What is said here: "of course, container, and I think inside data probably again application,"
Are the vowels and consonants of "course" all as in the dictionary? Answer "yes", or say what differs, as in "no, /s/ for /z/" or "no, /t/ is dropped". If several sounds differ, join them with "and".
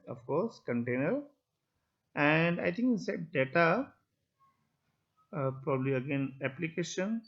yes